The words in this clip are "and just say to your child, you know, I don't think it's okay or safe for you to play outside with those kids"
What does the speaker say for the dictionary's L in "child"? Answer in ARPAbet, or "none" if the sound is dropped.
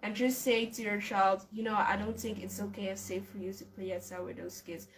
L